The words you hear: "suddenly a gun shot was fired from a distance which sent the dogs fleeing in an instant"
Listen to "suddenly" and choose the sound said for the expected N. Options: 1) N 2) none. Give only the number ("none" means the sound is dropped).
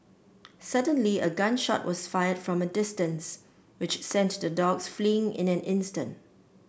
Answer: 1